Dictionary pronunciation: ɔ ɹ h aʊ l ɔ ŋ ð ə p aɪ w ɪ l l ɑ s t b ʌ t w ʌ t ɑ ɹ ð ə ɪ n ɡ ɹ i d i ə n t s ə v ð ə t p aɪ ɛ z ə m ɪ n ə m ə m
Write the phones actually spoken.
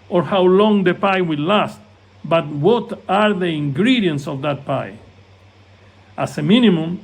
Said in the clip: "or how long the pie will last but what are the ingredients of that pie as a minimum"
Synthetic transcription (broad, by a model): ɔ ɹ h aʊ l ɔ ŋ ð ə p aɪ w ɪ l l ɑ s t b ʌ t w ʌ t ɑ ɹ ð ə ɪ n ɡ ɹ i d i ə n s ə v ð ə t p aɪ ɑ s ə m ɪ n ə m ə m